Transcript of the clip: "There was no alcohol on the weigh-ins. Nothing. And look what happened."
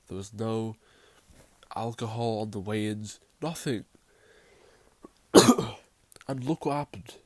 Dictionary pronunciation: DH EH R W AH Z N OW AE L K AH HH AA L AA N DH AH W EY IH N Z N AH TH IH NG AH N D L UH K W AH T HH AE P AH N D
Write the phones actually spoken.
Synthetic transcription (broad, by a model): DH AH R W AH Z N OW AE L K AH HH AA L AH N DH AH W EY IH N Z N AH TH IH NG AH N L UH K W AH T HH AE P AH N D